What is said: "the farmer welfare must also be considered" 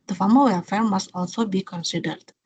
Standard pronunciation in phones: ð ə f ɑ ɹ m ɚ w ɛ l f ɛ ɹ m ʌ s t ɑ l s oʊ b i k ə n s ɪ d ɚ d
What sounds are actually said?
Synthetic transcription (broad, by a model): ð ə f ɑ m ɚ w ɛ f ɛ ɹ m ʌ s t ɑ l s oʊ b i k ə n s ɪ d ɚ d